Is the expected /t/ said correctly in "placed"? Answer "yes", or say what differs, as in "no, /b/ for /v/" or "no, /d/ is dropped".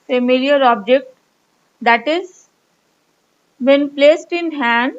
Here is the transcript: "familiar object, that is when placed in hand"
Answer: yes